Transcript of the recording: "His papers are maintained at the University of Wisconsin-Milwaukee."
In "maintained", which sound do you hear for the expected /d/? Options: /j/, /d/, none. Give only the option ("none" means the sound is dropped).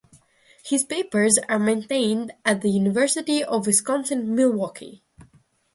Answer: /d/